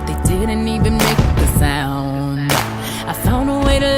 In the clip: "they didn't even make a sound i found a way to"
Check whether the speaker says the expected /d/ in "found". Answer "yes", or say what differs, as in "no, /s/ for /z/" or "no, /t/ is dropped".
no, /d/ is dropped